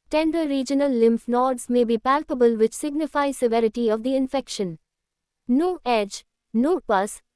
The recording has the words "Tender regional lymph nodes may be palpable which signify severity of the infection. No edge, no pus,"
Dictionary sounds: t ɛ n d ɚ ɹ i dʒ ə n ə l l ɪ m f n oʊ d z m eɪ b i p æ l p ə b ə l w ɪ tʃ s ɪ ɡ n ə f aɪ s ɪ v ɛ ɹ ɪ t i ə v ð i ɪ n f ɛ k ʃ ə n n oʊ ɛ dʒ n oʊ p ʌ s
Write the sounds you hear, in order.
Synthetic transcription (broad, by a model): t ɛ n d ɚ ɹ i dʒ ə n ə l l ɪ m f n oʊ d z m eɪ b i p æ l p ə b ə l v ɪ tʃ s ɪ ɡ n ə f aɪ s ɪ v ɛ ɹ ɪ t i ə v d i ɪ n f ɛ k ʃ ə n n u ɛ dʒ n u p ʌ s